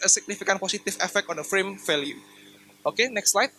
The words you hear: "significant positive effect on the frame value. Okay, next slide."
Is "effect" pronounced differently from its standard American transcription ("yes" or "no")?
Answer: no